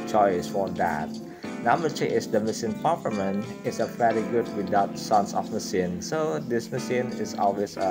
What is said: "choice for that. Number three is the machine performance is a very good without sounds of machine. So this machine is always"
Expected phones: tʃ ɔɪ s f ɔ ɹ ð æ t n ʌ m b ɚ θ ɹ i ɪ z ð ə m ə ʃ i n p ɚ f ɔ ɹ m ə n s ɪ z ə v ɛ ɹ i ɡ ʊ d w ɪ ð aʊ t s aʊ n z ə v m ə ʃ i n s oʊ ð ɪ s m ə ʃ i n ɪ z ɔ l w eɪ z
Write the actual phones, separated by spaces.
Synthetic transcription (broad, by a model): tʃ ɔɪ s f ɔ ɹ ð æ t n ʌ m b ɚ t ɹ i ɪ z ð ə m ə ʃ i n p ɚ p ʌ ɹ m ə n ɪ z ə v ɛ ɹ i ɡ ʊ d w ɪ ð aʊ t s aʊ n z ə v m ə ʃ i n s oʊ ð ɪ s m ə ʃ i n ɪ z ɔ l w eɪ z